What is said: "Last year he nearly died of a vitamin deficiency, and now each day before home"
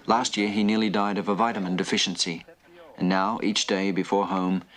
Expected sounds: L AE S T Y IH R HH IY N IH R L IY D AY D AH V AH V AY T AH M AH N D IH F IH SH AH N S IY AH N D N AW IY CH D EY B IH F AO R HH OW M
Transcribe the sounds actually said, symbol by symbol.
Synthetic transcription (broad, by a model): L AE S T Y IH R IY N IH R L IY D AY D AH V AH V AY T AH M AH N D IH F IH SH N S IY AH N N AW IY CH D EY B IH F AO R HH OW M